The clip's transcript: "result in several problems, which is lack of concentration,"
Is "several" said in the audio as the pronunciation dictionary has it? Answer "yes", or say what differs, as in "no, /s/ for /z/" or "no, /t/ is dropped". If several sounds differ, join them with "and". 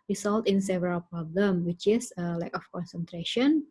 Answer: yes